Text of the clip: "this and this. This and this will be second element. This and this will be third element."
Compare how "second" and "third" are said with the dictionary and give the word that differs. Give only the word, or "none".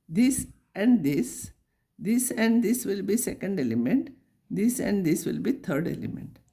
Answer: third